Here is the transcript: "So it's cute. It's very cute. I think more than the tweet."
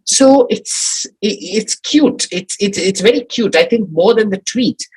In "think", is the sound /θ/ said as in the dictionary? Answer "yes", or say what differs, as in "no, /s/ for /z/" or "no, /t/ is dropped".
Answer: yes